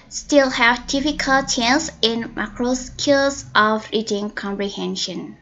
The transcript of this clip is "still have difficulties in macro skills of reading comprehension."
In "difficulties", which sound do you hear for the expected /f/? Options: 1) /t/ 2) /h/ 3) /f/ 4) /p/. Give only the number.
4